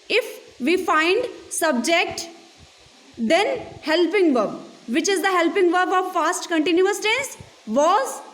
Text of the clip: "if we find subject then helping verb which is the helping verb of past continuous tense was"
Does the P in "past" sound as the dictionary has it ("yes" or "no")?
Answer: no